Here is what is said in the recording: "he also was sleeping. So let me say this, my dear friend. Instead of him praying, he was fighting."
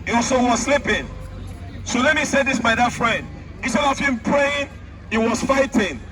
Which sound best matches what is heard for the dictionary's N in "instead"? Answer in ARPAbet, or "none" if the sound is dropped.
none